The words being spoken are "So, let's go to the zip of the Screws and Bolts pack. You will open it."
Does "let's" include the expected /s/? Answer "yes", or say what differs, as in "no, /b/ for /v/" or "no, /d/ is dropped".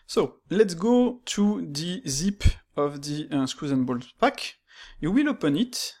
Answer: yes